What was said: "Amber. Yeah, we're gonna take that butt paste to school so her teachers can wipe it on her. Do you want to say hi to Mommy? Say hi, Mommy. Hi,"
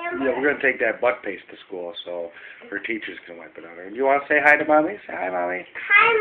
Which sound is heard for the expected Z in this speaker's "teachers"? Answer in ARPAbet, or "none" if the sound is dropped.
Z